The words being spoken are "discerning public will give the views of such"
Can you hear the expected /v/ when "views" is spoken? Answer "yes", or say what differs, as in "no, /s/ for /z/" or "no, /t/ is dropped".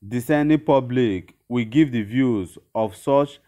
yes